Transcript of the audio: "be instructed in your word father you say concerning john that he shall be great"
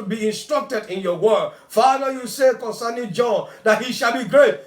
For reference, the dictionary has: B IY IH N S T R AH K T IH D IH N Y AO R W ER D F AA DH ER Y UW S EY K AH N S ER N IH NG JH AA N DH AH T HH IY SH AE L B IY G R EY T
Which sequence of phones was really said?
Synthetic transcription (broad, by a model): B IY IH N S T R AH K T IH D IH N Y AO W ER D F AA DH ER Y UW S EY K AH N S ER N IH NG JH AA N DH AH T HH IY SH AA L B IY G R EY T